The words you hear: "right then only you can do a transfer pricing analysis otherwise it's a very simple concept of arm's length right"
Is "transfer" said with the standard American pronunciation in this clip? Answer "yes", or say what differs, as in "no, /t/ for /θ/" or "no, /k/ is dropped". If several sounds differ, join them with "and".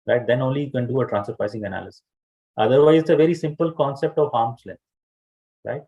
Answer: no, /f/ is dropped